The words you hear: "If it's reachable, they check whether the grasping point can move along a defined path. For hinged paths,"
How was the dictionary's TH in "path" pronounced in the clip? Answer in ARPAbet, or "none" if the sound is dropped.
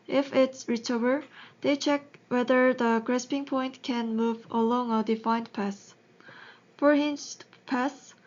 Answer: S